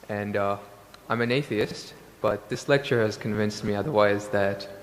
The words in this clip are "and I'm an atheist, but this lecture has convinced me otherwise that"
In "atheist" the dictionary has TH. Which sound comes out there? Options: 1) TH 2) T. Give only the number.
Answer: 1